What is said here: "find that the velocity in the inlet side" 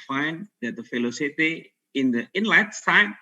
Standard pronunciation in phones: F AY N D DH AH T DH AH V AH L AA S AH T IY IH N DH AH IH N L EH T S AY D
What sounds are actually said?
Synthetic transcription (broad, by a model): F AY N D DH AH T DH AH F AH L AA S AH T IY IH N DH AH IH N L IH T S AY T